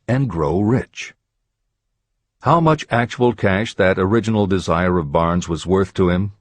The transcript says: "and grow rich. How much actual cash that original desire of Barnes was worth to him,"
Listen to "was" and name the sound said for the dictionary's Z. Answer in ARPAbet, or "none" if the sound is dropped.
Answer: Z